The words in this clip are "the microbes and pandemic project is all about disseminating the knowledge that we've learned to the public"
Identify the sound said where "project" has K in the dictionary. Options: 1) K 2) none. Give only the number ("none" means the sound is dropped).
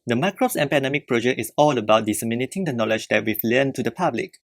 2